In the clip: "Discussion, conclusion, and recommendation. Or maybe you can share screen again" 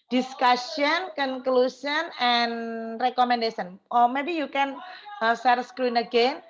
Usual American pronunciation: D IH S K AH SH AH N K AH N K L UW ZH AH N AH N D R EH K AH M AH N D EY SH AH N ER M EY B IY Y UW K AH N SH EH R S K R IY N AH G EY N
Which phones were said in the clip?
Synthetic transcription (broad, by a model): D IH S K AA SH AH N K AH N K L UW S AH N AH N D R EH K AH M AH N D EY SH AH N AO M EY B IY Y UW K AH N S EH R S K R IY N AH G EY N